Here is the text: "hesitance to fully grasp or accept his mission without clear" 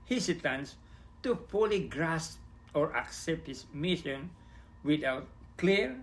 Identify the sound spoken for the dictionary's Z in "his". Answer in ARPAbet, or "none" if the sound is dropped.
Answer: S